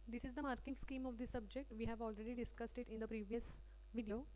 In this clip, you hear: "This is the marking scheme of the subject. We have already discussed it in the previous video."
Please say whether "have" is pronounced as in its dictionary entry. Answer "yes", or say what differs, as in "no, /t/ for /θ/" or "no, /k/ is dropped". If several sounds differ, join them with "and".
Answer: yes